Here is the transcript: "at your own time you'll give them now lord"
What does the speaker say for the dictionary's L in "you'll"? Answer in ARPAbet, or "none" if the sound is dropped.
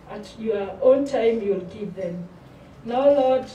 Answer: L